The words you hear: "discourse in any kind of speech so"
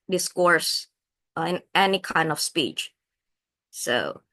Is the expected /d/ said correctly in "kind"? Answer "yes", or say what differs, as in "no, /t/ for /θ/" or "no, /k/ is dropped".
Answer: yes